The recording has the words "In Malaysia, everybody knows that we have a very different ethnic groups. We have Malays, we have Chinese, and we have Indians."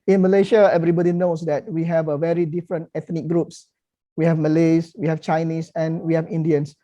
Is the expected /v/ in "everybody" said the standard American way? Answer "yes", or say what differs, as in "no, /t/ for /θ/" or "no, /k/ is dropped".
yes